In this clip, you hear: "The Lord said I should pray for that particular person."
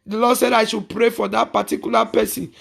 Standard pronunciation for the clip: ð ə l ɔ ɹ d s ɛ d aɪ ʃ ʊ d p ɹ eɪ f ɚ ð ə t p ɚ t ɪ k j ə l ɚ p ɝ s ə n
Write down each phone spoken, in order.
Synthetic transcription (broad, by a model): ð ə l ɔ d s ɛ d aɪ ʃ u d p ɹ eɪ f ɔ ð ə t p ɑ t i k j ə l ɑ p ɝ s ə n